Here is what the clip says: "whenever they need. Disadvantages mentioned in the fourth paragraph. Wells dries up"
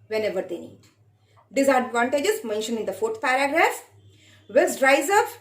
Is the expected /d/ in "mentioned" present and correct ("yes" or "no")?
no